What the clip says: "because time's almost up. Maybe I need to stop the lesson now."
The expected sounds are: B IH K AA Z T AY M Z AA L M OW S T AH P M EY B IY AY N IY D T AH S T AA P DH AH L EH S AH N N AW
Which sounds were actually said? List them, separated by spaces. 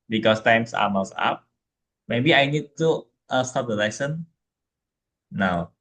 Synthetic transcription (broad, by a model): B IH K AA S T AY M S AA M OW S AA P M EY B IY AY N IY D T AH S T AA P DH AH L EH S AH N N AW